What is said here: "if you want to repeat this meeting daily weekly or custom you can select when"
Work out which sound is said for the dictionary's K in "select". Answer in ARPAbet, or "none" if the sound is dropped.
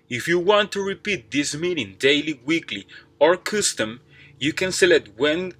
none